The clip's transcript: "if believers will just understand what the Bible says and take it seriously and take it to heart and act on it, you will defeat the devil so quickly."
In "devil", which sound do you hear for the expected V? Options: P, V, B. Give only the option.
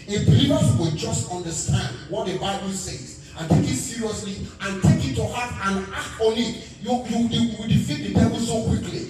B